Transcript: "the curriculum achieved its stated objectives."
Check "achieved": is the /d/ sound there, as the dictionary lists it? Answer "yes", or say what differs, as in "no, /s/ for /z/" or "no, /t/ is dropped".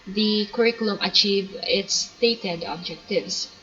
no, /d/ is dropped